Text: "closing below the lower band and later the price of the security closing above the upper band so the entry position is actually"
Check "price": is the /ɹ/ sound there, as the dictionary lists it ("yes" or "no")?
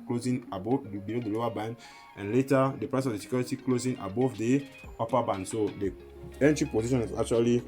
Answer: yes